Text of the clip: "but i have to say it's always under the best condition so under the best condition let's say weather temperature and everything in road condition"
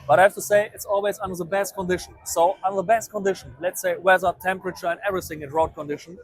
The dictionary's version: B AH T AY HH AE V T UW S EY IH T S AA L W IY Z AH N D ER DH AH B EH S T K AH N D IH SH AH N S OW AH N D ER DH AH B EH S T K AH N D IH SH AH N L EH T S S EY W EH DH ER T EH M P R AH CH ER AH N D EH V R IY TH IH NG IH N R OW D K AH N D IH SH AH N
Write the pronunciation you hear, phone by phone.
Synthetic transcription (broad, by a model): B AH T AY HH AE F T UW S EY IH T S AA L W IY Z AH N D ER DH AH B EH S T K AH N D IH SH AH N S OW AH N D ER DH AH B EH S T K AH N D IH SH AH N L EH T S S EY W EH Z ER T EH M P R AH CH ER AH N D EH V R IY TH IH NG IH N R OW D K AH N D IH SH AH N